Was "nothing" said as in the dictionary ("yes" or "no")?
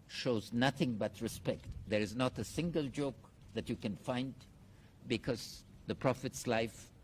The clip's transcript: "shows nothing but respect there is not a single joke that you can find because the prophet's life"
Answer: yes